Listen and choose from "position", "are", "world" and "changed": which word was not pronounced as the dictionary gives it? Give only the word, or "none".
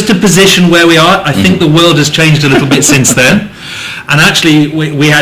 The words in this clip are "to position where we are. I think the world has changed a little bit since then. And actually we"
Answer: none